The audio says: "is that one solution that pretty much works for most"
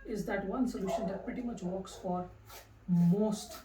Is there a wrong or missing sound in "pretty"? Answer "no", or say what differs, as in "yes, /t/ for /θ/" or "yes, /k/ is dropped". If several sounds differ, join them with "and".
yes, /ɹ/ is dropped